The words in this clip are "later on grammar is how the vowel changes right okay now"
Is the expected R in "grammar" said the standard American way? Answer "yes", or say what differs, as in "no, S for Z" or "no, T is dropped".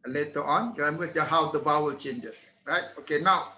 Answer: no, R is dropped